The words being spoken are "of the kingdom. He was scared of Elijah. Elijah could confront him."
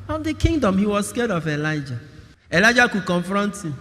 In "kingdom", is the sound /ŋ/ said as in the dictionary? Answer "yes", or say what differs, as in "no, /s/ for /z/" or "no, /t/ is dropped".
yes